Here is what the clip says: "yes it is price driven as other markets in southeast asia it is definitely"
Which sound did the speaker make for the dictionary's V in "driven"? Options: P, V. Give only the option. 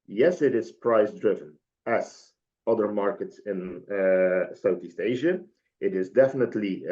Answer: V